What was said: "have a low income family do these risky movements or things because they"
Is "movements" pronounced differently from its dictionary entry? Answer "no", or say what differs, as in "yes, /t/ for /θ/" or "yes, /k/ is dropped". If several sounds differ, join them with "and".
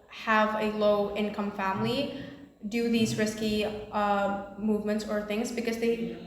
no